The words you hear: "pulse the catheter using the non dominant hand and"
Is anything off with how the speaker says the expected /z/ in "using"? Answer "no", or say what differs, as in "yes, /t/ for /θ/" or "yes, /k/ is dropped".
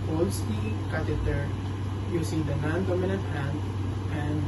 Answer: yes, /s/ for /z/